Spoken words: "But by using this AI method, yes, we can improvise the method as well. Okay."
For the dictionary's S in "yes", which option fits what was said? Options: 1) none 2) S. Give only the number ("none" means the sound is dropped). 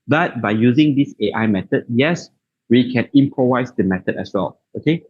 2